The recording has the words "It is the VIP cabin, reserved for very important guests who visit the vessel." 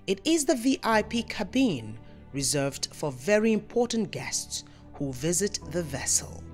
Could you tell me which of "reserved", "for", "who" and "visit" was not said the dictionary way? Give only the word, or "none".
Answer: none